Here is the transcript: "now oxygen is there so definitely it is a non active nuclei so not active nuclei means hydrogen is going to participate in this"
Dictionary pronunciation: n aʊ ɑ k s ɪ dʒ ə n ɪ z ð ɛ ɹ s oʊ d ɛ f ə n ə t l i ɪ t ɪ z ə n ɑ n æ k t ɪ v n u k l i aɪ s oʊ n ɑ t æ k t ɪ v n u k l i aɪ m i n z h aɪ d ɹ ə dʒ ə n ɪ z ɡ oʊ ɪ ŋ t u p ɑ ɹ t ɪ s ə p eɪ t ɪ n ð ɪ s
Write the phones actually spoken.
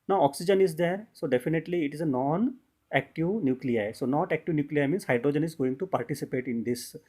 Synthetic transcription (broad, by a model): n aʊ ɑ k s ɪ dʒ ə n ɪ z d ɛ ɹ s oʊ d ɛ f ə n ə t l i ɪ t ɪ z ə n ɑ n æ k t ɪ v n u k l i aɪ s oʊ n ɑ t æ k t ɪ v n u k l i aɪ m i n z h aɪ d ɹ ə dʒ ə n ɪ z ɡ oʊ ɪ ŋ t u p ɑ ɹ t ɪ s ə p eɪ t ɪ n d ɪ s